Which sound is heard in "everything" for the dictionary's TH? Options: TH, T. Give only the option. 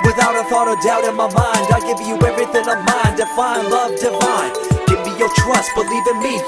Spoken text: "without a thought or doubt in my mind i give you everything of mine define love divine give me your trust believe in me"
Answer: TH